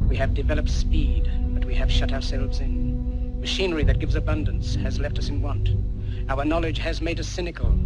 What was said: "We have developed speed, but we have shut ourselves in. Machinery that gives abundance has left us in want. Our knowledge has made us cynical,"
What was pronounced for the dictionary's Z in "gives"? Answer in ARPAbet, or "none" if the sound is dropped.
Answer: Z